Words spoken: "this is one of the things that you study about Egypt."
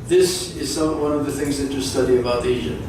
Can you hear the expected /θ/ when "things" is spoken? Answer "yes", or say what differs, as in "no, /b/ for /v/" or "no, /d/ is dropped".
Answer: yes